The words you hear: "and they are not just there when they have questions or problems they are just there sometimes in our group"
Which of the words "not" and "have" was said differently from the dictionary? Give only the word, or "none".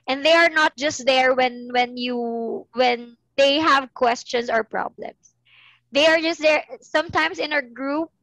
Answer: none